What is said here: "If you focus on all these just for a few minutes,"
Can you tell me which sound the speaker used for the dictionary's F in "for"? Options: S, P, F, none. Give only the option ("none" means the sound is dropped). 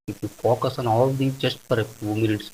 P